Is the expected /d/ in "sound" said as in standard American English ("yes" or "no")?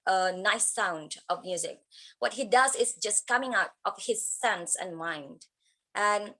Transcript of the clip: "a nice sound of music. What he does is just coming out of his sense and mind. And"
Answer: yes